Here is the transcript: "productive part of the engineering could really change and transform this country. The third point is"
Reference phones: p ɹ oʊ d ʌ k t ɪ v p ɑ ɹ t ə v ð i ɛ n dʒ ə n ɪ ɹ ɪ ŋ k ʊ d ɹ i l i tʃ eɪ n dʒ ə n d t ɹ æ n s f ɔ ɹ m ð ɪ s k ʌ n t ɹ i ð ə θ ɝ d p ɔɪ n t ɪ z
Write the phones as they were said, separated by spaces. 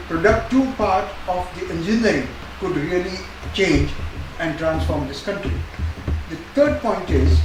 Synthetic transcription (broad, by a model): p ɹ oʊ d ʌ k t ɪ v p ɑ ɹ t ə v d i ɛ n dʒ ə n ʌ ɹ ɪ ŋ k ʊ d ɹ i l i tʃ eɪ n dʒ ə n d t ɹ æ n s f ɔ ɹ m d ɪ s k ʌ n t ɹ i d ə t ɝ d p ɔɪ n t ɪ z